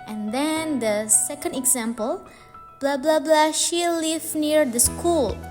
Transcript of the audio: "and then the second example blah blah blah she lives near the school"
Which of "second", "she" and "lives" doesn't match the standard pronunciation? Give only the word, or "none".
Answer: lives